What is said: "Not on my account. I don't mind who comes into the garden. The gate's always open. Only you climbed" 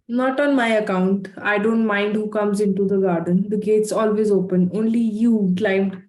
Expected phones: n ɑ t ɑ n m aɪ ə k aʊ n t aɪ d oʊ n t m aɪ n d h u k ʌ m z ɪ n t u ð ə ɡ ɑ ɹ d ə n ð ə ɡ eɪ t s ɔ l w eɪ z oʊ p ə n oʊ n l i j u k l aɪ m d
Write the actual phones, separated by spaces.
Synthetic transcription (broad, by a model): n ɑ t ɑ n m aɪ ə k aʊ n t aɪ d oʊ n t m aɪ n d h u k ʌ m z ɪ n t u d ə ɡ ɑ ɹ d ə n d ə ɡ eɪ t s ɔ l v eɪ z oʊ p ə n oʊ n l i j u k l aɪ m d